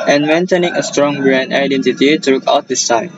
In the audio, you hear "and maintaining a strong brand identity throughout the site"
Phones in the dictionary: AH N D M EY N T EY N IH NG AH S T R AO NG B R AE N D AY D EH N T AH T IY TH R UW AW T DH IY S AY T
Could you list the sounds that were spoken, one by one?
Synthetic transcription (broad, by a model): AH N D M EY N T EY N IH NG AH S T R AO NG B R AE N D AY D EH N T AH T IY T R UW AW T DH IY S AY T